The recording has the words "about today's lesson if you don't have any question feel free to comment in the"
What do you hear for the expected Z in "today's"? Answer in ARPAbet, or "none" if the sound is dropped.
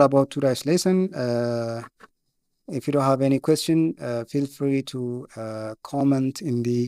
S